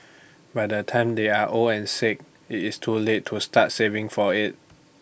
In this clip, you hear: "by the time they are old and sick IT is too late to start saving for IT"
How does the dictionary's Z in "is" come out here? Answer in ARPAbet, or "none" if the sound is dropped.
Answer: S